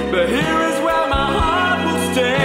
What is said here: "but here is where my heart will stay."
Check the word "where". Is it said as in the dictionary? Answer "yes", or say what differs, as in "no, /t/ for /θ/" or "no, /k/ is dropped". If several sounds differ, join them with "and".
no, /l/ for /ɹ/